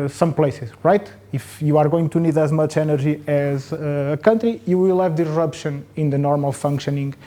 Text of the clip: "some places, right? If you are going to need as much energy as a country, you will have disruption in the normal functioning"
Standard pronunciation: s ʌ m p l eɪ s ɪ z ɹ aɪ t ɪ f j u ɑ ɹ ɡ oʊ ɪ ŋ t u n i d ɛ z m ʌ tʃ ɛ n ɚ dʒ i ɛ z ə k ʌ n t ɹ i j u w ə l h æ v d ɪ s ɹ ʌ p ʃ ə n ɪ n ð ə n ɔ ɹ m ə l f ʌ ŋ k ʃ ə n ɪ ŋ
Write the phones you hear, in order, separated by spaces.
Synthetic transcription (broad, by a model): s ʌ m p l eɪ s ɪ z ɹ aɪ t ɪ f j u ɑ ɹ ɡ oʊ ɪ ŋ t u n i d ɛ z m ʌ tʃ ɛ n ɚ ʒ i ɛ z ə k ʌ n t ɹ i j u w ə l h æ v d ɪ ɹ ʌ p ʃ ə n ɪ n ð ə n ɔ ɹ m ə l f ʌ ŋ k ʃ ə n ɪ ŋ